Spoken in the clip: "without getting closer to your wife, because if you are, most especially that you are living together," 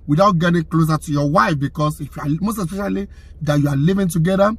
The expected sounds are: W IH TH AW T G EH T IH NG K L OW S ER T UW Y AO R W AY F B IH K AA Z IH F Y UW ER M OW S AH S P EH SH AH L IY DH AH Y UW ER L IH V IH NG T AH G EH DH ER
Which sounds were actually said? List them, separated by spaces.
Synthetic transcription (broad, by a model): W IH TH AW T G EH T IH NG K L OW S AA T UW Y AO W AY F B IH K AA S IH F Y UW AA M OW S AH S P EH SH AH L IY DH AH Y UW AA L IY V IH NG T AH G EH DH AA